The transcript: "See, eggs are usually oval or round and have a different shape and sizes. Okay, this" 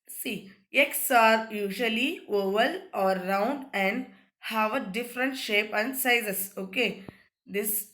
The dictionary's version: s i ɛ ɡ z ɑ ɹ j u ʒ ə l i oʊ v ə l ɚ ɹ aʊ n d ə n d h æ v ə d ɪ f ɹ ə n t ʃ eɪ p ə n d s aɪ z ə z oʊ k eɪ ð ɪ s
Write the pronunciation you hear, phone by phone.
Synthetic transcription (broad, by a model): s i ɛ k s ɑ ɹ j u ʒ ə l i oʊ v ə l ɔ ɹ aʊ n d ə n d h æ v ə d ɪ f ɹ ə n t ʃ eɪ p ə n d s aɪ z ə s oʊ k eɪ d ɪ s